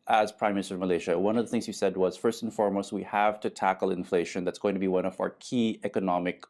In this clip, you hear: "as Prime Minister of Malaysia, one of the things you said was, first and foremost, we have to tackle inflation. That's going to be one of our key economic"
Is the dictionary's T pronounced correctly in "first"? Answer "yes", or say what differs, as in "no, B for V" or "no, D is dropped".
yes